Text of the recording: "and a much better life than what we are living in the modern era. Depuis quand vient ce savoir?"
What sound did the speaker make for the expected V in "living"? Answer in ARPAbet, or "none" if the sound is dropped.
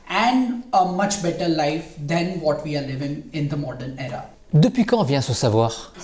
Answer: V